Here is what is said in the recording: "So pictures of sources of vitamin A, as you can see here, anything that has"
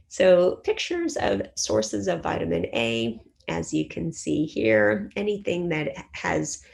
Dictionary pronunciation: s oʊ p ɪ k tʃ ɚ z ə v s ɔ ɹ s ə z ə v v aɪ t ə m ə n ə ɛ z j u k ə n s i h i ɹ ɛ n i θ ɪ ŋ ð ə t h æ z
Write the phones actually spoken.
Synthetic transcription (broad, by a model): s oʊ p ɪ k tʃ ɚ z ə v s ɔ ɹ s ə z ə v v aɪ t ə m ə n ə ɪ z j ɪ k ə n s i h i ɹ ɛ n i θ ɪ ŋ ð ə t h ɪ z